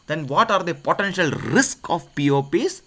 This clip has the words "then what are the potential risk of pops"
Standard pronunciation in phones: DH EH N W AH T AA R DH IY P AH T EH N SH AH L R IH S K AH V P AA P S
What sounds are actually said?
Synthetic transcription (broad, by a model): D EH N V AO T AA R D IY P AH T EH N SH AH L R IH S K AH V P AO P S